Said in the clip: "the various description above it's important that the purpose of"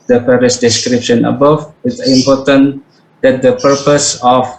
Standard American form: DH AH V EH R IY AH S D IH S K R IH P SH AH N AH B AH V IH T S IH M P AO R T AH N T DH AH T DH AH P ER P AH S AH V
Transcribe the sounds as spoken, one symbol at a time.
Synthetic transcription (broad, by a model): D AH P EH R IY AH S D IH S K R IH P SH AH N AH B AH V IH T S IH M P AO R T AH N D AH T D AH P ER P AH S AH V